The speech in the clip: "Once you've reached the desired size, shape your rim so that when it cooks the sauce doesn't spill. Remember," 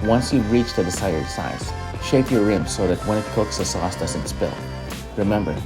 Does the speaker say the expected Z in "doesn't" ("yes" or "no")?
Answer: no